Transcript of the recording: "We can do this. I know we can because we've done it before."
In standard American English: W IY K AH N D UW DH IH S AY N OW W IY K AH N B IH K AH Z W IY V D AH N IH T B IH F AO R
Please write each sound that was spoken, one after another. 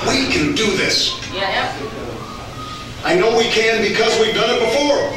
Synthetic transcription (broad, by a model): W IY K AH N D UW DH IH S AY N OW W IY K AH N B IH K AH Z W IY V D AH N IH T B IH F AO R